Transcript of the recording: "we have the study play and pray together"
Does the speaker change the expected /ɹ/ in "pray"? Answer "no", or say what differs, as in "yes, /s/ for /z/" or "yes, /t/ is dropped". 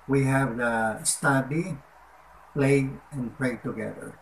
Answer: yes, /l/ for /ɹ/